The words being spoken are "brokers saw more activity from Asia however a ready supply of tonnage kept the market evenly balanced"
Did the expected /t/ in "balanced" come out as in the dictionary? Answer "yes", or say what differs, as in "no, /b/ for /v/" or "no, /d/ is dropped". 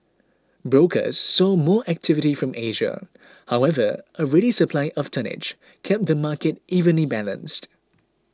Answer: yes